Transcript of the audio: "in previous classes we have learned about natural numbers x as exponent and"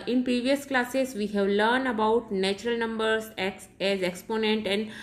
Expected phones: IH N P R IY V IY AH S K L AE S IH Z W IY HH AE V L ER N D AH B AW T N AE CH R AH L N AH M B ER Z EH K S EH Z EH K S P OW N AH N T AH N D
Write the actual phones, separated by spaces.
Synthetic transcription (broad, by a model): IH N P R IY V IY AH S K L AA S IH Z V IY HH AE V L ER N D AH B AW T N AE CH R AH L N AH M B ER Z EH K S EH Z EH K S P OW N AH N T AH N D